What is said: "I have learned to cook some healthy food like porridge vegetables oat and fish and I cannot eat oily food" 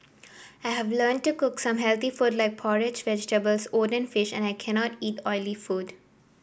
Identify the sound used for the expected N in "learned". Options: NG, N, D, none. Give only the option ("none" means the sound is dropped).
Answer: N